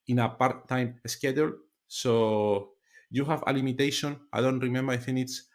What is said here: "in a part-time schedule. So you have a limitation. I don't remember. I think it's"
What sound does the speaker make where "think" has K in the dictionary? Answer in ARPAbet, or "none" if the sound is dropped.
none